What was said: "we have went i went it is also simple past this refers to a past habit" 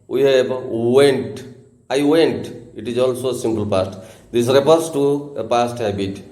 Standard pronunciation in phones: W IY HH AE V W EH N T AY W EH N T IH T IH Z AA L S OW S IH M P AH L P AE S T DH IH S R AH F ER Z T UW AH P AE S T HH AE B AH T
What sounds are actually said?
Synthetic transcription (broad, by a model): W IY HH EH B W EH N T AY W EH N T IH T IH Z AA L S OW S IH M P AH L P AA S T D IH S R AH P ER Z T UW AH P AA S T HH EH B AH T